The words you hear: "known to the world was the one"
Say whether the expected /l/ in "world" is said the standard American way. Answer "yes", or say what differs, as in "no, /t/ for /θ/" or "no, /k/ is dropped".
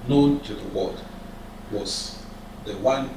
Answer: no, /l/ is dropped